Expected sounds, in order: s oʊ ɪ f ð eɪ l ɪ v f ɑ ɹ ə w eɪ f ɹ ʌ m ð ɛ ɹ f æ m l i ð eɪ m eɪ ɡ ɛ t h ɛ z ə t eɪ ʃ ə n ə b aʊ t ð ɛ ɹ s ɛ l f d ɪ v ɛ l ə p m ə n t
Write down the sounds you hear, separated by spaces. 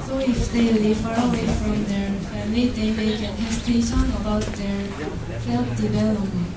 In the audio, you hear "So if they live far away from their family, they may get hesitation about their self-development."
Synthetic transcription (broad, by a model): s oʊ ɪ f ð eɪ l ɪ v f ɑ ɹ ə w eɪ f ɹ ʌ m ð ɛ ɹ f æ m l i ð eɪ m eɪ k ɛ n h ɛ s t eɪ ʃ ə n ə b aʊ t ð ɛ ɹ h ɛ l p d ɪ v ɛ l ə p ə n